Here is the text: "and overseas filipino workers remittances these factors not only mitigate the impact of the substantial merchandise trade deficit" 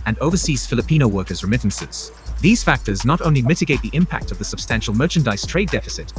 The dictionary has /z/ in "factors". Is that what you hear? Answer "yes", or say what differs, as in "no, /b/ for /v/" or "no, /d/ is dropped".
yes